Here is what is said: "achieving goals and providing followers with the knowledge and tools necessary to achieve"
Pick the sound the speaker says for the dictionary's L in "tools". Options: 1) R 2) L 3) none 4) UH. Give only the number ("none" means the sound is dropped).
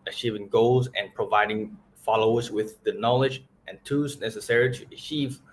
3